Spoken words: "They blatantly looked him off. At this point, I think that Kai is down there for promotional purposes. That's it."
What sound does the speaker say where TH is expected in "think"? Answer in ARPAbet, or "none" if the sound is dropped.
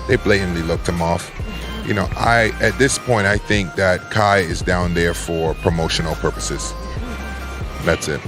TH